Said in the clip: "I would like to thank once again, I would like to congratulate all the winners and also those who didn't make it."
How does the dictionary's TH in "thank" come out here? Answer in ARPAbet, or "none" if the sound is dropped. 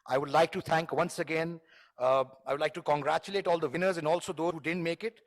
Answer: T